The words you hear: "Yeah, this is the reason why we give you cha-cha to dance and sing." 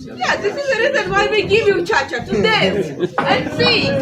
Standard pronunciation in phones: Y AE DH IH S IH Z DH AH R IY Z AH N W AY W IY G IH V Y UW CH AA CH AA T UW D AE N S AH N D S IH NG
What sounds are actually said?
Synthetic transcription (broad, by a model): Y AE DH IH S IH Z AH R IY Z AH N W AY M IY G IH V Y UW CH AA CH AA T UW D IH S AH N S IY